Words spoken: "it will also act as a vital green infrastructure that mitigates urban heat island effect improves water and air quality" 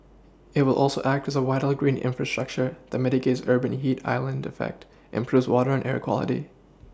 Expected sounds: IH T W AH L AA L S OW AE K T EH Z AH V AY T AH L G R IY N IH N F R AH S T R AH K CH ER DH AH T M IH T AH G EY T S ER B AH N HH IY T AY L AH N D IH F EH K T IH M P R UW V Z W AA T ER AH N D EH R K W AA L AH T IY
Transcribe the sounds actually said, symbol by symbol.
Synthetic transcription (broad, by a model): IH T W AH L AA L S OW AE K T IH Z AH W AY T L G R IY N IH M F R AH S T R AH K CH ER DH AH T M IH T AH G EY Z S ER B AH N HH IY T AY L AH N D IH F EH K T IH M P R UW V Z W AA T ER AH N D EH R K W AA L AH T IY